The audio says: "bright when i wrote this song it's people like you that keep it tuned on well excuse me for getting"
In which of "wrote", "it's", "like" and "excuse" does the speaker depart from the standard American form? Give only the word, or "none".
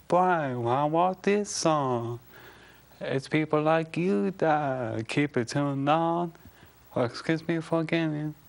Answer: wrote